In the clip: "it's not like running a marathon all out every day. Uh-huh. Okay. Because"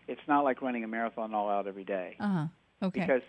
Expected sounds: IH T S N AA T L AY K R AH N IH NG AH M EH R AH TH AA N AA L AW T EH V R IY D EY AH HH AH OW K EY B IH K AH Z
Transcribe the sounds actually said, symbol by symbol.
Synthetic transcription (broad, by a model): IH T S N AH T L AY K R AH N IH NG AH M EH R AH TH AA N AA L AW T EH V R IY D EY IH HH AH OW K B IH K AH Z